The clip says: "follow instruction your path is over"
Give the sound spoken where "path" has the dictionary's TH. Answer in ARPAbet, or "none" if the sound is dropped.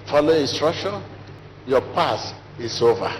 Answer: S